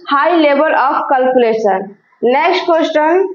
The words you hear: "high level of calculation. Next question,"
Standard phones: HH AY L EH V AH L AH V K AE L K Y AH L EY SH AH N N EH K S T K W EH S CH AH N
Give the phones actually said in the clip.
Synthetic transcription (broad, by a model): HH AY L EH B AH L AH P K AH L K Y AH L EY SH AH N N EH K S T K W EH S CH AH N